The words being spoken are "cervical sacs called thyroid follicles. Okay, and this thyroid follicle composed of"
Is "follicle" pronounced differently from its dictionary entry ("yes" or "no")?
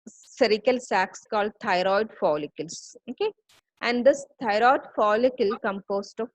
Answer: no